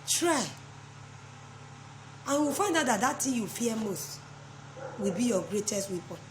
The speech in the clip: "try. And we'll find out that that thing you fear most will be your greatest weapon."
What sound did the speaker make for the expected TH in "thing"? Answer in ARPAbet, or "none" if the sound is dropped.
T